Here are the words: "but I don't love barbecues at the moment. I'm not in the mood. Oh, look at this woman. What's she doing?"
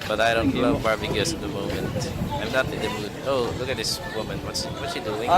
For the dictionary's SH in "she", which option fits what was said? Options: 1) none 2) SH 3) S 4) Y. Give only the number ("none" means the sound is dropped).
3